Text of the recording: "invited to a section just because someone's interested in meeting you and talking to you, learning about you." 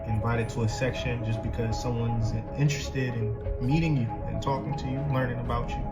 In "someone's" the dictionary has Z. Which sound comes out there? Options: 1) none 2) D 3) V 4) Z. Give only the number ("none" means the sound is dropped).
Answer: 4